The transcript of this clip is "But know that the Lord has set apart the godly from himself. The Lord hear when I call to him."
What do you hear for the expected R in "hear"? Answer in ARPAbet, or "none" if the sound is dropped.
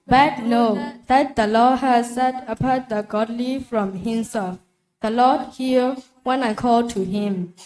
L